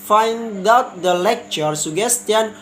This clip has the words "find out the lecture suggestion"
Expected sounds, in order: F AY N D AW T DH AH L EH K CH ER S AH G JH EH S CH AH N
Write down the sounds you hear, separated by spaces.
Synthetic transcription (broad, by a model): F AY N D AW T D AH L EH K CH ER S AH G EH S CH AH N